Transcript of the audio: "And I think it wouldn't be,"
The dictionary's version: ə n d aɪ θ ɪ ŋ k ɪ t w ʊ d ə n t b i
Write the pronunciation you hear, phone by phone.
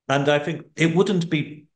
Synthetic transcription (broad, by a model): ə n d aɪ θ ɪ ŋ k ɪ t w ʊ d n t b i